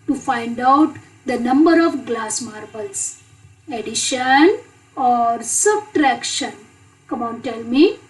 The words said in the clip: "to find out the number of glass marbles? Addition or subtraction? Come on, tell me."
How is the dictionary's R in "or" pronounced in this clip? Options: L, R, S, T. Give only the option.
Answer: R